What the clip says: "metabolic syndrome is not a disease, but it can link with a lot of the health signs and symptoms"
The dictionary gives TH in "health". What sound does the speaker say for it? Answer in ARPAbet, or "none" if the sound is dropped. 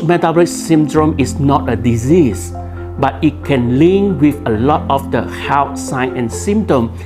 T